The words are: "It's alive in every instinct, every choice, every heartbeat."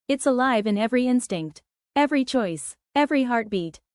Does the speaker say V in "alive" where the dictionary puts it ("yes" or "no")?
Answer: yes